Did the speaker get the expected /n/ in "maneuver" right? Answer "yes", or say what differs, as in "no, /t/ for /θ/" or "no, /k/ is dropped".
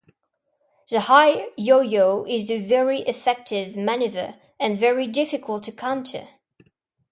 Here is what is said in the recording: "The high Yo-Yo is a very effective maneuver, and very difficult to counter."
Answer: yes